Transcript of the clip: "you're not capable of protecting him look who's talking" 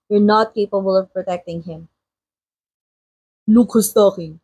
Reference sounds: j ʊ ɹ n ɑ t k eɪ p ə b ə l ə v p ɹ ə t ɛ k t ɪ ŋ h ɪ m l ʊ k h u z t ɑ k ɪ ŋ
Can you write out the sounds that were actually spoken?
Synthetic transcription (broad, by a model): j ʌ ɹ n ɑ t k eɪ p ə b ə l ə v p ɹ ə t ɛ k t ɪ ŋ h ɪ m n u k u s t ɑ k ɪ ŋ